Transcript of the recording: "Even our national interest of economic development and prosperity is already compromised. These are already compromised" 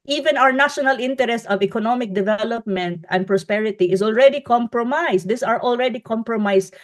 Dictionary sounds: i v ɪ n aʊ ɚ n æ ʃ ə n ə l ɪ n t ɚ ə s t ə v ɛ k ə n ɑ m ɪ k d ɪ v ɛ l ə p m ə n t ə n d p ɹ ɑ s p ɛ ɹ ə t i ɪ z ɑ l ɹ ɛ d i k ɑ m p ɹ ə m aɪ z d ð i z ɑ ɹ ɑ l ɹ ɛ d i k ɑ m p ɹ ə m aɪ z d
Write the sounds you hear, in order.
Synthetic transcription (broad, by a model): i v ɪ n aʊ ɚ n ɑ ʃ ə n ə l ɪ n t ɚ ə s t ə v ɛ k ə n ɑ m ɪ k d ɪ v ɛ l ə p m ə n t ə n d p ɹ ɑ s p ɛ ɹ ə t i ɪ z ɑ l ɹ ɛ d i k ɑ m p ɹ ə m aɪ s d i s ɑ ɹ ɑ l ɹ ɛ d i k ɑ m p ɹ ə m aɪ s